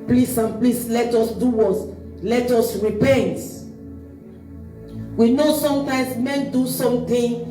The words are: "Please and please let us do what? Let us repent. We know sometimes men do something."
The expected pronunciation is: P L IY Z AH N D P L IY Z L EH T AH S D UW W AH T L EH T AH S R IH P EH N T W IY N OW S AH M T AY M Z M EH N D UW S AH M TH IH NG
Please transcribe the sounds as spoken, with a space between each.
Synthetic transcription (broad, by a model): P L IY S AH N P L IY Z L EH T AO S D UW W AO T L EH T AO S R IH P EH N T W IY N OW S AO M T AY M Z M EH N D UW S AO M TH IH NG